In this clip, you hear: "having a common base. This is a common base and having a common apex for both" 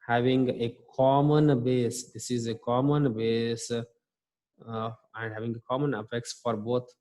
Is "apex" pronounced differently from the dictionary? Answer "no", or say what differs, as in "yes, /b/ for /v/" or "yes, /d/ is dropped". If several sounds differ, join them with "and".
yes, /f/ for /p/